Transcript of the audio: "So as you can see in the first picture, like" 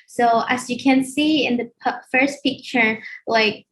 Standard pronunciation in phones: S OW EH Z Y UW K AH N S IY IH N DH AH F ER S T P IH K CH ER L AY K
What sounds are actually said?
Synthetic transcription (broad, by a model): S OW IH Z Y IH K AH N S IY IH N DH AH F ER S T P IH K CH ER L AY K